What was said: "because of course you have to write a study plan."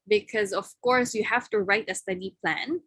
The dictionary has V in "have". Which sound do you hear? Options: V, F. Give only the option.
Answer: F